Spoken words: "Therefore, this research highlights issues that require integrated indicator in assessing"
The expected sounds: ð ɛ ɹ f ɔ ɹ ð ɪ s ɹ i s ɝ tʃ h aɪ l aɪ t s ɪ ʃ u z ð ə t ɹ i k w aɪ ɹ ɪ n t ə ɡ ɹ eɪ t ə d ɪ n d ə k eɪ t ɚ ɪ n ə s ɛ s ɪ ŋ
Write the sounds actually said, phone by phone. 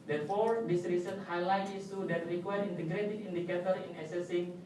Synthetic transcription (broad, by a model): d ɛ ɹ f ɔ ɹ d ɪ s ɹ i s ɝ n h aɪ l aɪ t i s u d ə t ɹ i k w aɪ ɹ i n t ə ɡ ɹ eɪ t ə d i n d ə k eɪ t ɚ ɪ n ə s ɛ s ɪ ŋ